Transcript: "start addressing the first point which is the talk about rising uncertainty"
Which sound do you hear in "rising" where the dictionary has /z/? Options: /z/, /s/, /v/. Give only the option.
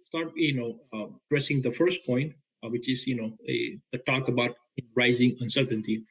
/z/